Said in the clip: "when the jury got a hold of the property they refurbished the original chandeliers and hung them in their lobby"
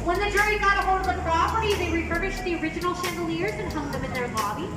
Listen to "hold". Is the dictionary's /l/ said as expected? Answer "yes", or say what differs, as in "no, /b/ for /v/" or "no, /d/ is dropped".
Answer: no, /l/ is dropped